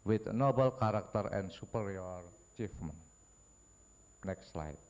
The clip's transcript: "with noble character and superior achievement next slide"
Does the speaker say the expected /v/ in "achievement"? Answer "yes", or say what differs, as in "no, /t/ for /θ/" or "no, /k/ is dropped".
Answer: no, /f/ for /v/